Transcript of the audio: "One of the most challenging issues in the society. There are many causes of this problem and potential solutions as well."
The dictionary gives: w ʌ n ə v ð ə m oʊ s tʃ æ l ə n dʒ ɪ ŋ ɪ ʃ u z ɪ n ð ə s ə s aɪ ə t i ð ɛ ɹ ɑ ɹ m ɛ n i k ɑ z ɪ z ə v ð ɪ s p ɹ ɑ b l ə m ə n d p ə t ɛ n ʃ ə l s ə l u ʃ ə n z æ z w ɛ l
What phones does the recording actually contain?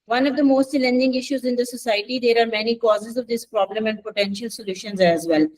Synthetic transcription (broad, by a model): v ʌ n ə v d ə m oʊ s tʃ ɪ l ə n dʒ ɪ ŋ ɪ ʃ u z ɪ n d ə s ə s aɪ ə t i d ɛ ɹ ɑ ɹ m ɛ n i k ɑ z ɪ z ə v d ɪ s p ɹ ɑ b l ə m ə n d p ə t ɛ n ʃ ə l s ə l u ʃ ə n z æ z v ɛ l